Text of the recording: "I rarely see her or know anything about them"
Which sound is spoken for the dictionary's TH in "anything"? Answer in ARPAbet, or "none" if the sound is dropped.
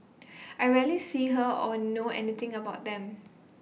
T